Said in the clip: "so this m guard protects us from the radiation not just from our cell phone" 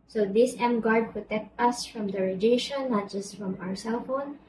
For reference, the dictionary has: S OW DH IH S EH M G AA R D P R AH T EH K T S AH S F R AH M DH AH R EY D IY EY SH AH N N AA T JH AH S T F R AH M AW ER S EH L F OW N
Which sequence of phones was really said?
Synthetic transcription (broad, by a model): S OW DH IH S EH M G AA R D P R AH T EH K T AH S F R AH M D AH R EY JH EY SH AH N N AA T JH AH S T F R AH M AW ER S EH L F OW N